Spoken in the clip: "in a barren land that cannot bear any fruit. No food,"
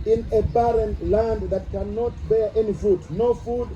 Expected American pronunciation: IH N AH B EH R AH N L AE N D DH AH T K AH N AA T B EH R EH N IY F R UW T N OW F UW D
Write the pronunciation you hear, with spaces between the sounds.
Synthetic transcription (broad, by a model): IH N AH B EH R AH N L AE N D DH AH T K AH N AA T B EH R EH N IY F UW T N OW F UW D